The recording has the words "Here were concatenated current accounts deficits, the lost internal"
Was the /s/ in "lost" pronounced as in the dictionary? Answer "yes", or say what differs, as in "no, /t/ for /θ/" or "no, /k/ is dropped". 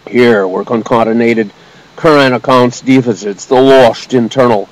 no, /ʃ/ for /s/